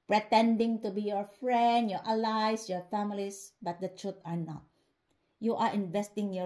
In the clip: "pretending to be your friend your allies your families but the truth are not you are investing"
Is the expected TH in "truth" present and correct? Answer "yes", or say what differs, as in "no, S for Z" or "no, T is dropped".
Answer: no, T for TH